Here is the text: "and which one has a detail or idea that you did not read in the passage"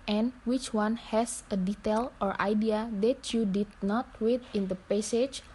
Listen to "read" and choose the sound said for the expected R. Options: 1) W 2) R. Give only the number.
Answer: 1